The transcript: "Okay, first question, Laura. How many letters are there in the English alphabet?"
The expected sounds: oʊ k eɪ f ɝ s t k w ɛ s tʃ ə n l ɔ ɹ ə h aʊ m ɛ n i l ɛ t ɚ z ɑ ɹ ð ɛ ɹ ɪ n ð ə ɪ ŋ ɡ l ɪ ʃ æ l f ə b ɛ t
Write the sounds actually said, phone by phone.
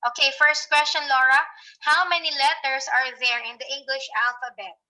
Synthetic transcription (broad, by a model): oʊ k eɪ f ɝ s t k w ɛ s tʃ ə n l ɔ ɹ ə h aʊ m ɛ n i l ɛ t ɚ s ɑ ɹ ð ɛ ɹ ɪ n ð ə ɪ ŋ ɡ l ɪ ʃ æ l f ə b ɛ t